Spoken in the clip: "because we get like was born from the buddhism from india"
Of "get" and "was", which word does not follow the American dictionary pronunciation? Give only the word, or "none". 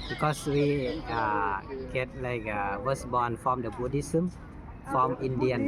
was